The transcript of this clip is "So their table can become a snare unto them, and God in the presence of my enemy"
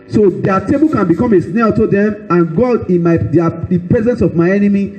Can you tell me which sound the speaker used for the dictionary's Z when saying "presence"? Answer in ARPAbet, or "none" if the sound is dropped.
Z